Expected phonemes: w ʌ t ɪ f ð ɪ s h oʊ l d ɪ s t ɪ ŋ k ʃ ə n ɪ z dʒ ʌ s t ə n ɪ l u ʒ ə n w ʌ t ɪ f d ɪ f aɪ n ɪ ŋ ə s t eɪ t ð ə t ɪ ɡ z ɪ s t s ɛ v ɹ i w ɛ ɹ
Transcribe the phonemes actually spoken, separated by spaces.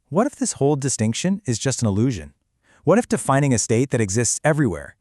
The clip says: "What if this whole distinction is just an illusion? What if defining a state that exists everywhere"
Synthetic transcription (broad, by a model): w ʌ t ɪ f ð ɪ s h oʊ l d ɪ s t ɪ ŋ k ʃ ə n ɪ z dʒ ʌ s t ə n ɪ l u ʒ ə n w ʌ t ɪ f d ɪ f aɪ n ɪ ŋ ə s t eɪ t ð ə t ɪ ɡ z ɪ s t s ɛ v ɹ i w ɛ ɹ